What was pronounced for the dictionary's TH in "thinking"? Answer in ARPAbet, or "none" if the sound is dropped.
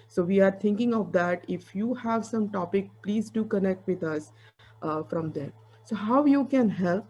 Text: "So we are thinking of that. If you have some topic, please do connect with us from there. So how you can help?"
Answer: T